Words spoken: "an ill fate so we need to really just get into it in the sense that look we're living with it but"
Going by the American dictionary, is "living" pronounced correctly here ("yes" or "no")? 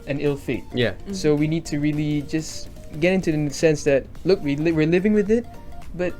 yes